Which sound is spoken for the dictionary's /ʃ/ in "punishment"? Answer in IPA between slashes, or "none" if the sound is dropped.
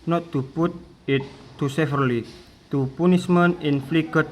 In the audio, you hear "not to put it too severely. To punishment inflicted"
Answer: /s/